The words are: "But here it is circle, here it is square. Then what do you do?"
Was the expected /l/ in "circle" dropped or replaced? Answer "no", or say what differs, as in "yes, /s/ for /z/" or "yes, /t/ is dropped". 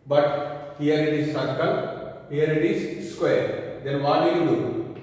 yes, /n/ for /l/